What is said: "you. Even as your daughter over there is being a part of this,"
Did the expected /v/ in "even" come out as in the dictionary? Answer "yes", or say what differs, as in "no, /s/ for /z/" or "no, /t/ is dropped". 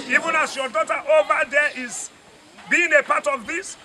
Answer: yes